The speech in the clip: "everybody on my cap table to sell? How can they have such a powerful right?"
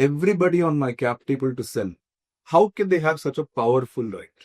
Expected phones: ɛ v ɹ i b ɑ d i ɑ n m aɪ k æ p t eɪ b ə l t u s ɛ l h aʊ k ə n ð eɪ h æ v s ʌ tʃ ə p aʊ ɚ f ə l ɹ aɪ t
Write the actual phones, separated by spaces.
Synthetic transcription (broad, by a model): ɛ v ɹ i b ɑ d i ɑ n m aɪ k æ p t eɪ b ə l t u s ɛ n h aʊ k ə n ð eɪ h æ v s ʌ tʃ ə p aʊ ɚ f ə l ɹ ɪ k